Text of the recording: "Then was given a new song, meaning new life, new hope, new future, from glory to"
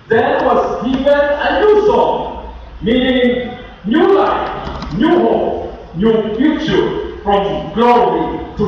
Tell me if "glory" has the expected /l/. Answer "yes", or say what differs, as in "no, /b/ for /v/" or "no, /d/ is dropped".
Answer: yes